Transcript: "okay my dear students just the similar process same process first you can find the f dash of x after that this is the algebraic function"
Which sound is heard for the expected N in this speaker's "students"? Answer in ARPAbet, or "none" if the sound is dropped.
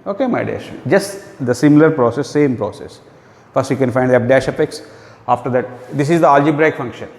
none